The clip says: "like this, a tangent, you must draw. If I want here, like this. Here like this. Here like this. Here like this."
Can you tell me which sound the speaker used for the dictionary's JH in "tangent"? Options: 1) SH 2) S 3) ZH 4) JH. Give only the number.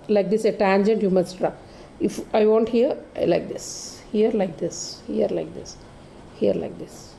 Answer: 4